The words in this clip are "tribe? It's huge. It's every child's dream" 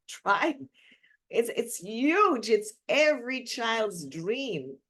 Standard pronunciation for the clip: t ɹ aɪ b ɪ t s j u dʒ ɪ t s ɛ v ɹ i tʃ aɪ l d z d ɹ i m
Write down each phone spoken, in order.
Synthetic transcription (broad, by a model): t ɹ aɪ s ɪ t s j u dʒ ɪ t s ɛ v ɹ i tʃ aɪ l d z d ɹ i m